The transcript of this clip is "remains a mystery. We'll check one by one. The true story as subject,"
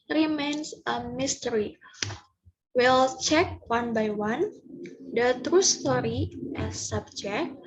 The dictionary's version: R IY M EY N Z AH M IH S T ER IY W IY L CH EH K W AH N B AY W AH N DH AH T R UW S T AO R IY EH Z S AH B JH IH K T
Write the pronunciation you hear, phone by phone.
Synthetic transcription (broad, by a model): R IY M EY N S AH M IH S T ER IY W IY L CH EH K W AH N B AY W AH N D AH T R UW S T AO R IY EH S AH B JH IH K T